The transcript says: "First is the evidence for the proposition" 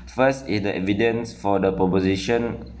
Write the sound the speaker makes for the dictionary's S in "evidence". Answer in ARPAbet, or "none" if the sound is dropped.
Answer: S